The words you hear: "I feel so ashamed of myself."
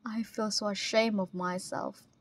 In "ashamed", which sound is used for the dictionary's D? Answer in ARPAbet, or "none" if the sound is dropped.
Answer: none